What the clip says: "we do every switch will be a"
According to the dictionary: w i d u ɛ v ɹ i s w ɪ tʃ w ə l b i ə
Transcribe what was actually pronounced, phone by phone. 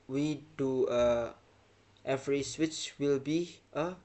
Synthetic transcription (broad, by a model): w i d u ɛ v ɹ i s w ɪ tʃ w ə l b i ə